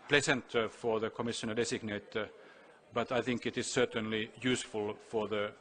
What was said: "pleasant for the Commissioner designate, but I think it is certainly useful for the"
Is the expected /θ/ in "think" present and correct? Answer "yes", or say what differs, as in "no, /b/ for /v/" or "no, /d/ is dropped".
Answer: yes